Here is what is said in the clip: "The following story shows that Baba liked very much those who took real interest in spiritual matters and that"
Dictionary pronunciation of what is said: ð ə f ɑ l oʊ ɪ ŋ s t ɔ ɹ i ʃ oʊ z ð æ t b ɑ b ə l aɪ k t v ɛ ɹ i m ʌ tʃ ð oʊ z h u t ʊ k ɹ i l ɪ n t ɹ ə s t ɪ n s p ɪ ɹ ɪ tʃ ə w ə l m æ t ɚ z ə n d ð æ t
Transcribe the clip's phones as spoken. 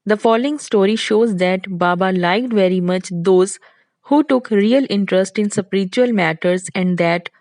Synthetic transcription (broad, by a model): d ə f ɑ l oʊ ɪ ŋ s t ɔ ɹ i ʃ oʊ z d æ t b ɑ b ə l aɪ k t v ɛ ɹ i m ʌ tʃ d oʊ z h u t ʊ k ɹ i l ɪ n t ɹ ə s t ɪ n s p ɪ ɹ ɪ tʃ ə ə l m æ t ɚ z ə n d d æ t